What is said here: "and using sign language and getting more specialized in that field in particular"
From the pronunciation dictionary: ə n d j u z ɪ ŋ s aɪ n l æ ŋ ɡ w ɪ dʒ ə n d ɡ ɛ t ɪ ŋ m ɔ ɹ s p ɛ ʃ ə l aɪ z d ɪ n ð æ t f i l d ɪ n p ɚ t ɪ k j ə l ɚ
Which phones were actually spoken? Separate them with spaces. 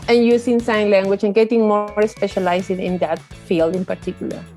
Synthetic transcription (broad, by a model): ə n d j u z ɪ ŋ s aɪ n l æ ŋ ɡ w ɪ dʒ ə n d ɡ ɛ t ɪ ŋ m ɔ ɹ s p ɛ ʃ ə l aɪ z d ɪ n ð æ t f i l d ɪ n p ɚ t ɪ k j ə l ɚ